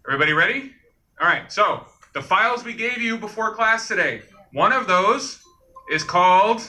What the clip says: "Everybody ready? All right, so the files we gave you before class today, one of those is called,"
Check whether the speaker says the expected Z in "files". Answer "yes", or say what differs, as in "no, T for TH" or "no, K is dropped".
yes